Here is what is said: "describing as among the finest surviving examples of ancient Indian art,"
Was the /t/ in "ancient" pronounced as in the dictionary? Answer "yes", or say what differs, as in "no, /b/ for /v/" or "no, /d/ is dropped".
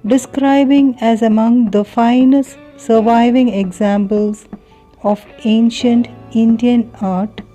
yes